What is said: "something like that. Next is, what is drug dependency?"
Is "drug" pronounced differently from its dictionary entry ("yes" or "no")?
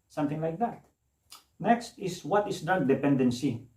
yes